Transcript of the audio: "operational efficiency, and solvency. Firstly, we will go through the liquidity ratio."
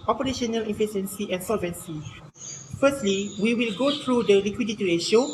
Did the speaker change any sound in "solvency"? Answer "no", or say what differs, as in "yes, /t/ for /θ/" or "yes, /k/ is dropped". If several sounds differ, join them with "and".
no